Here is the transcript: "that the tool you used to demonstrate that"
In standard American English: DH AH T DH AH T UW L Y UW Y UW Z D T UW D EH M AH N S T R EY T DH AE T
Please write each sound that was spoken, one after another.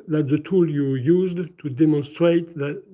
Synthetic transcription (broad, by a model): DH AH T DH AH T UW L Y UW Y UW Z D T UW D EH M AH N S T R EY T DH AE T